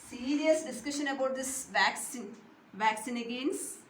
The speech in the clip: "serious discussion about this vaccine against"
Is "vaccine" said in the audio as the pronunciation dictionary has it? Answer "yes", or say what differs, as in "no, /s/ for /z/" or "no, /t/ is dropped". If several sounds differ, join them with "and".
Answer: yes